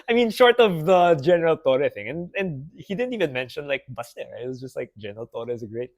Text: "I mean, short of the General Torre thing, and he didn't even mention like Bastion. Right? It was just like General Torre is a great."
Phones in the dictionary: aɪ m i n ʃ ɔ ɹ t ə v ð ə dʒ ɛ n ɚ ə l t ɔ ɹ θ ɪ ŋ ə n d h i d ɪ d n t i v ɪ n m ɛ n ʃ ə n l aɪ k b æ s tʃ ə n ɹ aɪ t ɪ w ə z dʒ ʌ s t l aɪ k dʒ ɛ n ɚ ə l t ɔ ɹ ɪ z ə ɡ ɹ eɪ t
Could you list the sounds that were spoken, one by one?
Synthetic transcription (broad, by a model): aɪ m i n ʃ ɔ ɹ t ə v ð ə dʒ ɛ n ɚ ə l t ɔ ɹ θ ɪ ŋ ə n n h i d ɪ d n t i v ɪ n m ɛ n ʃ ə n l aɪ k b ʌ s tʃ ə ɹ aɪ ɪ w ə z dʒ ʌ s t l aɪ k dʒ ɛ n ɚ ə l t ɔ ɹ ɪ z ə ɡ ɹ eɪ t